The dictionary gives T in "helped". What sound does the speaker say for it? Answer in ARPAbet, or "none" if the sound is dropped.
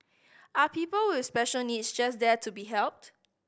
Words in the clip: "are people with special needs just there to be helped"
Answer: T